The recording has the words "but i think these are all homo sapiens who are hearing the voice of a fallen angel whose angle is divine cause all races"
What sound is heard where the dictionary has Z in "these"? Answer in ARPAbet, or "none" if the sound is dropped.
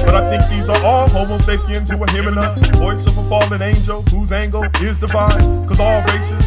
Z